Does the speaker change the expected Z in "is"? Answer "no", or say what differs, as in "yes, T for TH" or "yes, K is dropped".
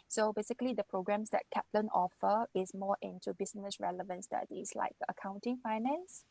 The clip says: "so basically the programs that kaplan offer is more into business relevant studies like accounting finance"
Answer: yes, S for Z